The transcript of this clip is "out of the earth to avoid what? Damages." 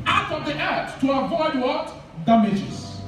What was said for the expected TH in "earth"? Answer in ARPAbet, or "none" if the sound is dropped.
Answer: T